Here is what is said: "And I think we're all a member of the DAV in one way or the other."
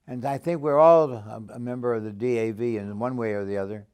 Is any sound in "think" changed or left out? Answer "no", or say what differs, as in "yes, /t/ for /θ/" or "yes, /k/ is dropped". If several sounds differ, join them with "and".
no